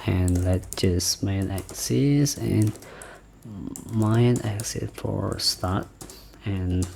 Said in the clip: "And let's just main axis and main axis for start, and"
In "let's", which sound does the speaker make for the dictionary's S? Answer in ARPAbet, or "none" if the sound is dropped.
none